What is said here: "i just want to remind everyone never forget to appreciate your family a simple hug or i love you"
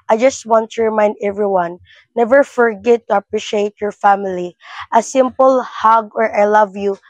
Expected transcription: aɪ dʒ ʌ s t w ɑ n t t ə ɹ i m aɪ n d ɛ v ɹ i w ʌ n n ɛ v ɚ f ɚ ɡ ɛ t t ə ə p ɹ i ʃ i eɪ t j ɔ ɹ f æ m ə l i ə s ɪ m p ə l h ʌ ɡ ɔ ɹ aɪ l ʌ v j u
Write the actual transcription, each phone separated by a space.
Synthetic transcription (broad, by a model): aɪ dʒ ʌ s t w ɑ n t t ə ɹ i m aɪ n d ɛ v ɹ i w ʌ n n ɛ v ɚ f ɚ ɡ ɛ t t ə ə p ɹ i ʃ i eɪ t j ɔ ɹ f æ m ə l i ə s ɪ m p ə l h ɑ ɡ ɔ ɹ aɪ l ʌ v j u